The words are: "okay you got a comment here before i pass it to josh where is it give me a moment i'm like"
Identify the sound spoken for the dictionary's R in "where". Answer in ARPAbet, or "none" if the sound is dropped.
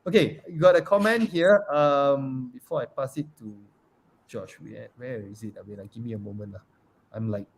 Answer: W